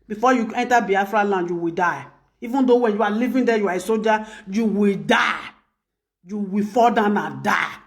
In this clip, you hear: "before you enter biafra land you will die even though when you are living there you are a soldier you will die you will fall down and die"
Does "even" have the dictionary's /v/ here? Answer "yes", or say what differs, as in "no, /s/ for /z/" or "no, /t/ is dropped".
yes